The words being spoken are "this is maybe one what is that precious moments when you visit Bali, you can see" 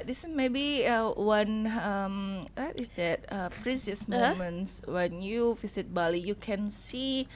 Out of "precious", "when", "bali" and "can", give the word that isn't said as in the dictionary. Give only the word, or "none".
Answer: precious